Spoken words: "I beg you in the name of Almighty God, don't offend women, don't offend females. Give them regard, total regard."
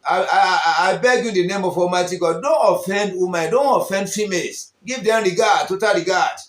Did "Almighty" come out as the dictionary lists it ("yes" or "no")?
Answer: no